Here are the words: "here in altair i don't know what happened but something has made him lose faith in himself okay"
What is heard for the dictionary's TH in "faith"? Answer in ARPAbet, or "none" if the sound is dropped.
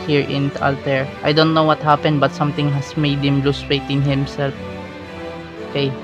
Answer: T